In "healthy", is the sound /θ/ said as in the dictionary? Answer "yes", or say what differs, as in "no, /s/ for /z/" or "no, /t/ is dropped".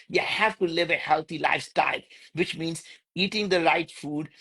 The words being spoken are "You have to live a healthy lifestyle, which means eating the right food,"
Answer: no, /t/ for /θ/